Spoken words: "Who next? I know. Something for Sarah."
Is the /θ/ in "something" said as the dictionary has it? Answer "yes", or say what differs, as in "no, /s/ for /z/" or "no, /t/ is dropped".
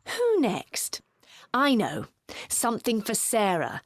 yes